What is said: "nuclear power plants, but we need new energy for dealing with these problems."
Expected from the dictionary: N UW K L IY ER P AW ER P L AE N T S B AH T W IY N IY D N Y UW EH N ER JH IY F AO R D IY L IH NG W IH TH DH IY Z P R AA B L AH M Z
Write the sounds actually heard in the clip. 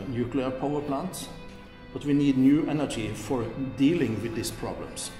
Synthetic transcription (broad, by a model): N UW K L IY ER P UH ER P L AE N T S B AH T W IY N IY D N Y UW EH N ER JH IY F AO R D IY L IH NG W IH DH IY S P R AA B L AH M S